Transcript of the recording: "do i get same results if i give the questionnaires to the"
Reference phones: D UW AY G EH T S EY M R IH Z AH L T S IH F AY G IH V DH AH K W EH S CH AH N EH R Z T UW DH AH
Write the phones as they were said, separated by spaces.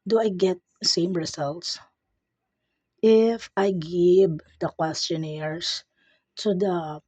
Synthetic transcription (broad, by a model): D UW AY G EH T S EY M R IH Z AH L T S IH F AY G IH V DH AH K W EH S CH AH N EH R S T UW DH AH